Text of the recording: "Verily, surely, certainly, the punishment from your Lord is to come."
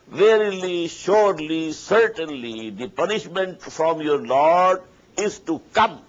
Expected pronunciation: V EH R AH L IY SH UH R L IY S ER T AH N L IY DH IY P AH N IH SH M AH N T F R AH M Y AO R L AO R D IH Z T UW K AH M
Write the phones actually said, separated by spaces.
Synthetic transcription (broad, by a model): V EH R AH L IY SH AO R L IY S ER T AH N L IY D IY P AH N IH SH M AH N T F R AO M Y AO R L AO R D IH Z T UW K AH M